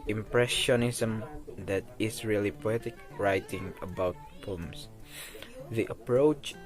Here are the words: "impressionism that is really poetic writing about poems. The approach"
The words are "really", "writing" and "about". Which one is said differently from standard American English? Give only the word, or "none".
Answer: none